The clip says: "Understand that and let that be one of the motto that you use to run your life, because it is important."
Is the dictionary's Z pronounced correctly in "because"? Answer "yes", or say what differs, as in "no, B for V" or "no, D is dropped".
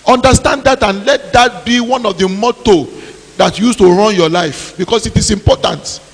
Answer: no, S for Z